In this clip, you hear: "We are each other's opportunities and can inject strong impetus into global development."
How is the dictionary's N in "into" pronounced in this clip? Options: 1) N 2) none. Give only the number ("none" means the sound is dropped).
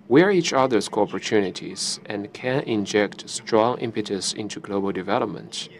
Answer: 1